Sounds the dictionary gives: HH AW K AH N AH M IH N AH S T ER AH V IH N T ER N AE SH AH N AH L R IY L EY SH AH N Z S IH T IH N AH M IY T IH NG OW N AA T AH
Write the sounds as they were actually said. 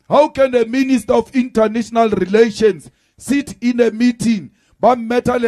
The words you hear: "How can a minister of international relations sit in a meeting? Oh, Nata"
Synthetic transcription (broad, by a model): HH AW K AH N AH M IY N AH S T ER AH F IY N T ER N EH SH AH N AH L R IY L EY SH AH N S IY T IH N AH M IY T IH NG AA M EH T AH